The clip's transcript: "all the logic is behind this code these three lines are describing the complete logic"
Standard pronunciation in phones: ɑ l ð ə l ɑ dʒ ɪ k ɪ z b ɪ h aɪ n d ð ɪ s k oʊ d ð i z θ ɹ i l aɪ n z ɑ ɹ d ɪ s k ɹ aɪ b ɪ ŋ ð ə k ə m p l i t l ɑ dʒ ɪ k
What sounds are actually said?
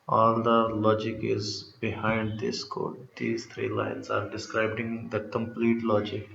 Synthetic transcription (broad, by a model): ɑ l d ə l ɑ dʒ ɪ k ɪ z b ɪ h aɪ n d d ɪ s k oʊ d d i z t ɹ i l aɪ n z ɑ ɹ d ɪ s k ɹ aɪ b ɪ ŋ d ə k ə m p l i t l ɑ dʒ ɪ k